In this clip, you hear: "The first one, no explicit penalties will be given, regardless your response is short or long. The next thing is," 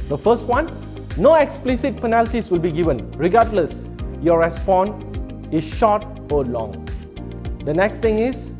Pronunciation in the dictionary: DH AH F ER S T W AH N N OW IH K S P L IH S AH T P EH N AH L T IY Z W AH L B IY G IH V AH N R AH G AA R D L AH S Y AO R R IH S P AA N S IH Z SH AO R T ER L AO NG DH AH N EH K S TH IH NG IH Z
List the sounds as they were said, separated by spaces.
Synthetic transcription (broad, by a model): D AH F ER S T W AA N N OW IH K S P L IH S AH T P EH N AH L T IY S W AH L B IY G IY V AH N R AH G AA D L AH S Y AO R R IH S P AA N S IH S SH AO T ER L AO NG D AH N EH K S T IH NG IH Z